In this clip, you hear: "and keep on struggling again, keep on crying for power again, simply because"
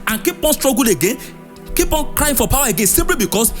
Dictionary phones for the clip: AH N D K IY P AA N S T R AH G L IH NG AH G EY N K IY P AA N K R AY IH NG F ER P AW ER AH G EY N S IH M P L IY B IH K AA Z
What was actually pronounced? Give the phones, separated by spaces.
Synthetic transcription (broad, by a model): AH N K IY P AA N S T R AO G IH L AH G EY N K IY P AA N K R AY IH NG F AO P AW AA AH G EY N S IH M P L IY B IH K AA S